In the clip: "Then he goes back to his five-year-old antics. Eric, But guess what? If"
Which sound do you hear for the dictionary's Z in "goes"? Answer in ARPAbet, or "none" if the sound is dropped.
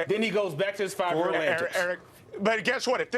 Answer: Z